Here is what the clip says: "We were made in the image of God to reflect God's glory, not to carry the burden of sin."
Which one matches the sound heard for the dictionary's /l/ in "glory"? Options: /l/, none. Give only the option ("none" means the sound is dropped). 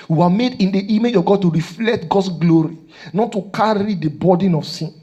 /l/